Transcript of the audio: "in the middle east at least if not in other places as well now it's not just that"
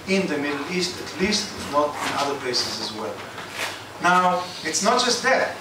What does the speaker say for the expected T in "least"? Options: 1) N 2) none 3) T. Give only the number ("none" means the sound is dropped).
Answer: 3